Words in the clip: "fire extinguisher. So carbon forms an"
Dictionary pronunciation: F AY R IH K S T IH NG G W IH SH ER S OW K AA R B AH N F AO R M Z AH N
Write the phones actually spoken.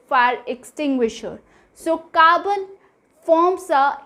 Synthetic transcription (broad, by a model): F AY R IH K S T IH NG G W IH SH ER S OW K AA B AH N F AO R M S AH